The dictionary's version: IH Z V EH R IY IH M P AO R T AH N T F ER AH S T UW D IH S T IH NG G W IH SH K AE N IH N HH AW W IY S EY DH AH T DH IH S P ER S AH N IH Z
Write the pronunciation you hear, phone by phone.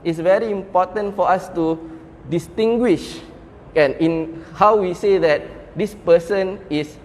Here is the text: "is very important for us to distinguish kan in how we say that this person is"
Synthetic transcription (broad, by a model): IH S V EH R IY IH M P AO T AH N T F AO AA S T UW D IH S T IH NG G W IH SH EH N IH N HH AW W IY S EY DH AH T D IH S P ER S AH N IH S